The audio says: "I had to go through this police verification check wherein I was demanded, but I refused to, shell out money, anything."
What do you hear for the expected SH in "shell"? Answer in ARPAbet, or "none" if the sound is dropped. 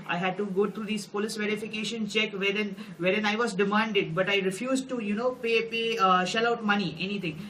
SH